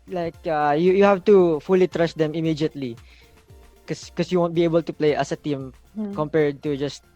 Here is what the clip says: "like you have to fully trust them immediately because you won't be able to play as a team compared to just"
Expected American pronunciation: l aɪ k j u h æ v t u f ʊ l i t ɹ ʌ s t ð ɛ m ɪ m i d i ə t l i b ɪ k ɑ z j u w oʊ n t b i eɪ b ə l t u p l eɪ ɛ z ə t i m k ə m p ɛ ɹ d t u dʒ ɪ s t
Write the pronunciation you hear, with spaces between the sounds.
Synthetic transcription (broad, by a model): l aɪ k j u h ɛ f t u f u l i t ɹ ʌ s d ɛ m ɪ m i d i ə t l i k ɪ k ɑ s j u w oʊ n t b i eɪ b ə l t u p l eɪ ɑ s ə t i m k ə m p ɛ ɹ d t u dʒ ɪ s t